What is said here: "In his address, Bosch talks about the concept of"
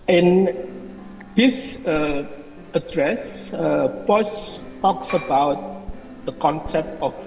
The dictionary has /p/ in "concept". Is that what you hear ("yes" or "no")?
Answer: yes